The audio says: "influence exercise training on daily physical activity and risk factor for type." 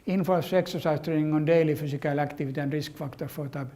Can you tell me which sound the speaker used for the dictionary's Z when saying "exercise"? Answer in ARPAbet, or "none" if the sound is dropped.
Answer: S